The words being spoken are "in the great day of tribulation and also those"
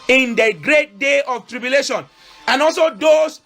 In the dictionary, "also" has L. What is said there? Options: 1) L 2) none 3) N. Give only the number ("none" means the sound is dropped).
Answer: 1